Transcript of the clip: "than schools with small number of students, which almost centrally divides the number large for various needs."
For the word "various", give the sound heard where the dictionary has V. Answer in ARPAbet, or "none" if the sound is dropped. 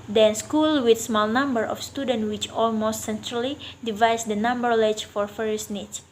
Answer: F